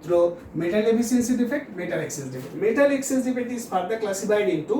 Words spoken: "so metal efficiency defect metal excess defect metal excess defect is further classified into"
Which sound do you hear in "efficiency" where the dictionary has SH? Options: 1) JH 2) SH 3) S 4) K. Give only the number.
3